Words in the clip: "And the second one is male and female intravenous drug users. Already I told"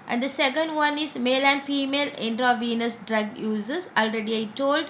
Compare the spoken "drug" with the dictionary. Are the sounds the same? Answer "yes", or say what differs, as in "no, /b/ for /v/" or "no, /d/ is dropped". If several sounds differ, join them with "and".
yes